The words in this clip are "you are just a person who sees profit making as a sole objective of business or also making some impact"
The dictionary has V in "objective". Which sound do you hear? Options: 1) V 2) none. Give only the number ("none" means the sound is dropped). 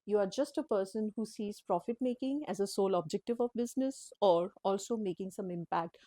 1